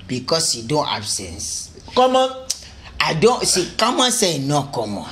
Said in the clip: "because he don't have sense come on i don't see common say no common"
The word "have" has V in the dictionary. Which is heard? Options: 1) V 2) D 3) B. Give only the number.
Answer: 3